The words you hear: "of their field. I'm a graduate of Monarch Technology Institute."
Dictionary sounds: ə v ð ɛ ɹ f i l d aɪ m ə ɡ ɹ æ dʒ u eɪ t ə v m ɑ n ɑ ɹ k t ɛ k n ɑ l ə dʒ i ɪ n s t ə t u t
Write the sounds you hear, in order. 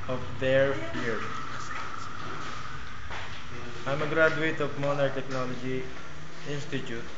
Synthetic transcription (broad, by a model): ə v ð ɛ ɹ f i d aɪ m ə ɡ ɹ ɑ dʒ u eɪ t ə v m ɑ n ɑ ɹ t ɛ k n ɑ l ə dʒ i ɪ n s t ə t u t